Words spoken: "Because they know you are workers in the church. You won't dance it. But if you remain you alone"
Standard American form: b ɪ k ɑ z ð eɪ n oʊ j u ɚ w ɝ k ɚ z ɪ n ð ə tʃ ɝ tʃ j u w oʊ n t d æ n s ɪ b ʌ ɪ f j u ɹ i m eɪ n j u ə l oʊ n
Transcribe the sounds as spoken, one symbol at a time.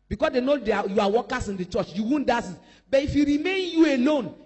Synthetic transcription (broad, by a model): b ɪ k ɑ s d eɪ n oʊ j u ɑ w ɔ k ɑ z ɪ n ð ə tʃ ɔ tʃ j u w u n d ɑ s ɪ b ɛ ɪ f j u ɹ i m eɪ n j u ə l oʊ n